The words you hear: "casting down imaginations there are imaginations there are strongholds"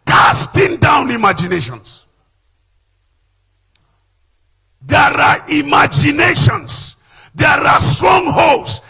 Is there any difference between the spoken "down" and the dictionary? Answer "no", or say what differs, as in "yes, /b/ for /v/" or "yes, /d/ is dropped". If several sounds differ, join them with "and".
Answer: no